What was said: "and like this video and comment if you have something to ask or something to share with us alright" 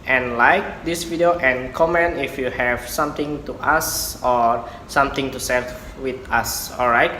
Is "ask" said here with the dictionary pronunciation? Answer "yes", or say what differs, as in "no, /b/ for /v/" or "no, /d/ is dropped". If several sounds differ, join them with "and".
no, /k/ is dropped